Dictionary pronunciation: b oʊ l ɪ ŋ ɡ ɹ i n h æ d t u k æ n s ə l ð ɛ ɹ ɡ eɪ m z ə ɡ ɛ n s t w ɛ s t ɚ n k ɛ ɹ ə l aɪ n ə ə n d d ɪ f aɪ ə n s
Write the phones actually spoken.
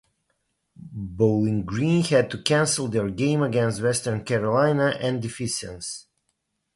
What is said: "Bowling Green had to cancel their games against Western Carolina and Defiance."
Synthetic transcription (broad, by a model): b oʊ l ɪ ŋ ɡ ɹ i n h æ d t u k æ n s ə l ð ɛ ɹ ɡ eɪ m ə ɡ ɛ n s t w ɛ s t ɚ n k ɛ ɹ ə l aɪ n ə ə n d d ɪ f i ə n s